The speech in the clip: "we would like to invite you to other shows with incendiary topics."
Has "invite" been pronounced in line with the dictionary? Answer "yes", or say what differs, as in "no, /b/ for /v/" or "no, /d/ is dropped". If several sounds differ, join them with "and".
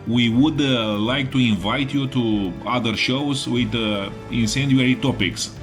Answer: yes